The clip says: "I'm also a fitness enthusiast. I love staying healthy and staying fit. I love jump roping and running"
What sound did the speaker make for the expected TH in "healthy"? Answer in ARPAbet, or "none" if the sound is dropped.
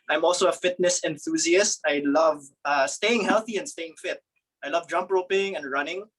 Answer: TH